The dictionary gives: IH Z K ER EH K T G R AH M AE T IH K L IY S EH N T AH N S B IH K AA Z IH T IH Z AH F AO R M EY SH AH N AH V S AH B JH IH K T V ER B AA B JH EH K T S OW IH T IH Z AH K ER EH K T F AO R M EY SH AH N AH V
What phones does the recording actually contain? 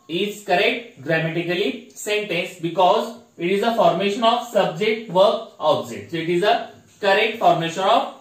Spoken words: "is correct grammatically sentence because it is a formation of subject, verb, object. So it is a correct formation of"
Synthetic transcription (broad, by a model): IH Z K ER EH K T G R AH M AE T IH K L IY S EH N T AH N S B IH K AA Z IH T IH Z AH F AO R M EY SH AH N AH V S AH B JH IH K T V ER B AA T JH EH T S OW IH T IH Z AH K ER EH K T F AO R M EY SH AH N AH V